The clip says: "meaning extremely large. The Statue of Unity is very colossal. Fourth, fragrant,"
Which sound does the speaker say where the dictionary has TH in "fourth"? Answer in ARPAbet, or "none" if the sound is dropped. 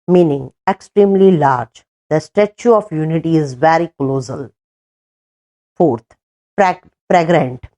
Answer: T